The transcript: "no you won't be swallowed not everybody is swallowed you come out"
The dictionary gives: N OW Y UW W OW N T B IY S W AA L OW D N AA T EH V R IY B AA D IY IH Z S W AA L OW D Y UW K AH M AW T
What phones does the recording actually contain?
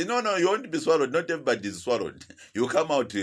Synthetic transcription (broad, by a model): N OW Y UW W OW N T B IY S W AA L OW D N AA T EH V IY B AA D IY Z S W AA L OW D Y UW K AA M AW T